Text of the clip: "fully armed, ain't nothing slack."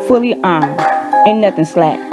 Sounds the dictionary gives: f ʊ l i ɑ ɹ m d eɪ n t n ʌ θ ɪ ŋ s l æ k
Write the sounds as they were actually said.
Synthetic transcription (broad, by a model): f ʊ l i ɑ ɹ m d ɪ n n ʌ θ ɪ ŋ s l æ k